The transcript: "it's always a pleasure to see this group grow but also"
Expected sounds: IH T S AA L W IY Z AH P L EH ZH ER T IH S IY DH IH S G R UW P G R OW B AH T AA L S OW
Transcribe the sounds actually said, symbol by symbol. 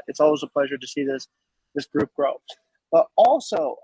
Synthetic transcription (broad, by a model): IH T S AA L W IY Z AH P L EH ZH ER T IH S IY DH IH S G R UW P G R OW B AH T AA L S OW